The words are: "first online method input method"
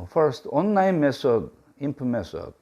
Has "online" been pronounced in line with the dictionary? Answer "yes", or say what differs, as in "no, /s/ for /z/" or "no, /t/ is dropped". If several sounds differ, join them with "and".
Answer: no, /l/ is dropped